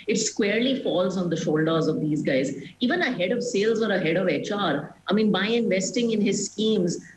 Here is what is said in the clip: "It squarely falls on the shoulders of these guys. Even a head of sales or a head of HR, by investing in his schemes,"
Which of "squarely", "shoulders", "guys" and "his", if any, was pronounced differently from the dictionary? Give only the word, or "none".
none